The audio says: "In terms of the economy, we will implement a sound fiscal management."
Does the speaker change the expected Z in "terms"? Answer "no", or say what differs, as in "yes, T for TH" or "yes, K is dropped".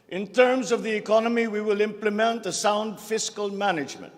no